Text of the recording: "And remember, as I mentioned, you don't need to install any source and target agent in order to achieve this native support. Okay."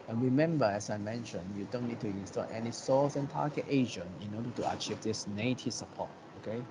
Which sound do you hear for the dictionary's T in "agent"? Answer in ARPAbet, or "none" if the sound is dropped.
none